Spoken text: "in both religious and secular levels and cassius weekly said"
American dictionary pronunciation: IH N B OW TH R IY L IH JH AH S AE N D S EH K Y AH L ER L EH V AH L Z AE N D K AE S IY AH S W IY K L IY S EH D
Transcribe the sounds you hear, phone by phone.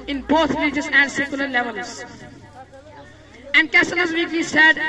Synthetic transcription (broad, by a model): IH N B OW T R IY JH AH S AE N D S EH K Y AH L ER L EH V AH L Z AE N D K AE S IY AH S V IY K IY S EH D